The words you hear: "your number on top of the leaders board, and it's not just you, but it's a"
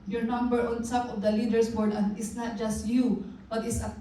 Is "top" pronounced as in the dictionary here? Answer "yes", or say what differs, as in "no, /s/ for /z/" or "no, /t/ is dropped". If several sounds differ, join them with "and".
no, /s/ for /t/